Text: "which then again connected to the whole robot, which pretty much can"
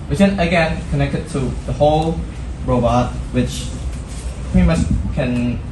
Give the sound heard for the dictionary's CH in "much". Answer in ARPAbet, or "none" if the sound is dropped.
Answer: S